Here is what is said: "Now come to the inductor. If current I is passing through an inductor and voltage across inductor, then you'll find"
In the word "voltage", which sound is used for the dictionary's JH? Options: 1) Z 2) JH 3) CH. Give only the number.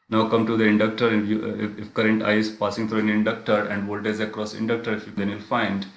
1